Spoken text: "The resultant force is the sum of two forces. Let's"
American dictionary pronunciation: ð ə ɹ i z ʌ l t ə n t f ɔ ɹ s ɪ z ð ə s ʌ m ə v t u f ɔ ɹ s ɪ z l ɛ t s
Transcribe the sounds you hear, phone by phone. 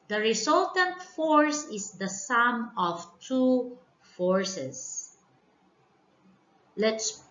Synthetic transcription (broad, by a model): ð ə ɹ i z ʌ l t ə n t f ɔ ɹ s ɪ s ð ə s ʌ m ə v t u f ɔ ɹ s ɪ s l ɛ t s